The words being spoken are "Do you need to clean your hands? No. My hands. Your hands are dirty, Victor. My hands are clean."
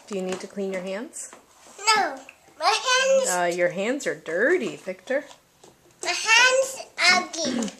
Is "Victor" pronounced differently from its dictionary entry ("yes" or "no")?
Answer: yes